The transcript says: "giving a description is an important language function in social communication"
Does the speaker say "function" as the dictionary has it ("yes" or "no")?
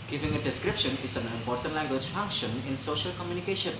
yes